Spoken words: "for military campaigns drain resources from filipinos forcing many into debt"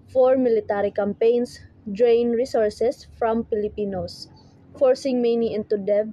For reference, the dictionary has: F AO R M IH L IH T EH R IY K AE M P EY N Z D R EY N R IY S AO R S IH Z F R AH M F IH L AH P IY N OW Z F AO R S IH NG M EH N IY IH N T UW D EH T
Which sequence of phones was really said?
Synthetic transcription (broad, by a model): F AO R M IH L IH T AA R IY K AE M P EY N S D R EY N R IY S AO R S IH S F R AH M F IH L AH P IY N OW S F AO R S IH NG M EH N IY IH N T UW D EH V